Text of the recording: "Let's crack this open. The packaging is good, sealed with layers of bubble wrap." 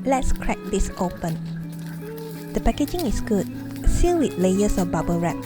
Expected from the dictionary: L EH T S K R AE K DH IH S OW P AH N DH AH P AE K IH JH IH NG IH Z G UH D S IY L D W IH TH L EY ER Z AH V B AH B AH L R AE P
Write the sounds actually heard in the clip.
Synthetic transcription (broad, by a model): L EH T S K R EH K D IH S OW P AH N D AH P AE K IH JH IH NG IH S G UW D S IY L W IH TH L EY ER S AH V B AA B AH R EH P